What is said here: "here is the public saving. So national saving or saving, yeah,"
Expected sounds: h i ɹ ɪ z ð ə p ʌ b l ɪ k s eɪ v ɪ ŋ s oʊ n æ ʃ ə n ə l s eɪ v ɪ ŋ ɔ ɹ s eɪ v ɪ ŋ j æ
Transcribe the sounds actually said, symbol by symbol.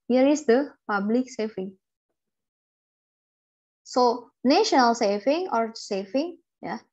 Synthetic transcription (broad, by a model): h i ɹ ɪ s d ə p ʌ b l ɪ k s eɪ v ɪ ŋ s oʊ n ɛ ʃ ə n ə l s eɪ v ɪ ŋ ɔ ɹ s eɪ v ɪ ŋ j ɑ